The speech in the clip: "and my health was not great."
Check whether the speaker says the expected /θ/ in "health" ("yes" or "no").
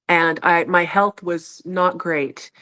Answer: yes